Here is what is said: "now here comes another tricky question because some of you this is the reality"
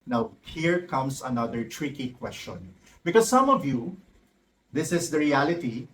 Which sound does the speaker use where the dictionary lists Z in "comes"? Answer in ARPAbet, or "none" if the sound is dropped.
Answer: S